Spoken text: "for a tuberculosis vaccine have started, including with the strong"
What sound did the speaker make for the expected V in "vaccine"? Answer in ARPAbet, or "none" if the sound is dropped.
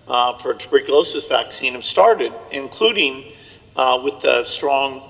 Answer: V